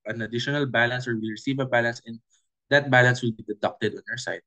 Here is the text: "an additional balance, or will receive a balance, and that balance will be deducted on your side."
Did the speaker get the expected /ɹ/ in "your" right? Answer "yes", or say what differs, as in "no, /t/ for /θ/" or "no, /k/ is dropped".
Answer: no, /w/ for /ɹ/